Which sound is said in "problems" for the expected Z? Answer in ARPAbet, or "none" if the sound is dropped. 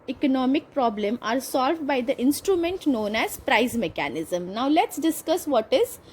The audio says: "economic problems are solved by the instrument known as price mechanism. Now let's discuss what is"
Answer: none